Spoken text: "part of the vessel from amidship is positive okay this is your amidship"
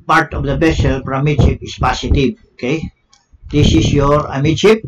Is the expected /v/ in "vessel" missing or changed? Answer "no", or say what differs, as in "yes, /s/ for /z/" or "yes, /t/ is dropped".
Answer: yes, /b/ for /v/